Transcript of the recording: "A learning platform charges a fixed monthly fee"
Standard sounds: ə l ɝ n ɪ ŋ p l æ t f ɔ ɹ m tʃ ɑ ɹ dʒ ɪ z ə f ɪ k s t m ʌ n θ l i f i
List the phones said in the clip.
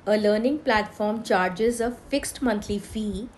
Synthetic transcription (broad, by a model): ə l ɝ n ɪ ŋ p l æ t f ɔ ɹ m tʃ ɑ ɹ dʒ ɪ z ə f ɪ k s t m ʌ n t l i f i